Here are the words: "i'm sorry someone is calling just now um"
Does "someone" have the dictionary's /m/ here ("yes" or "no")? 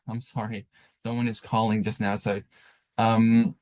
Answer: no